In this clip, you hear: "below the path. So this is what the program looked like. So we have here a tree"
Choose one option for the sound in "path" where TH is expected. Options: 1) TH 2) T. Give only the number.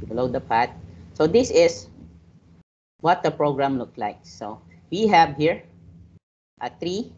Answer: 2